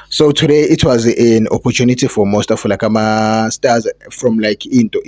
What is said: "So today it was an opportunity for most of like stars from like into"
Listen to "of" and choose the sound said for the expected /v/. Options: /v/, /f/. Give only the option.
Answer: /f/